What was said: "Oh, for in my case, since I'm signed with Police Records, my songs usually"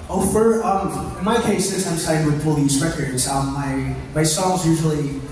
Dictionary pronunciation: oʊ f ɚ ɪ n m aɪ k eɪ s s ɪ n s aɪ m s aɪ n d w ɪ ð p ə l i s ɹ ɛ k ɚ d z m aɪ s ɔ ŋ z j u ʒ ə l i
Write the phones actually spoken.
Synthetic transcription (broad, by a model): oʊ f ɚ ɪ n m aɪ k eɪ s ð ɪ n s aɪ m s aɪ d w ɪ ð f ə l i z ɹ ɛ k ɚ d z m aɪ s ɔ ŋ z j u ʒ l i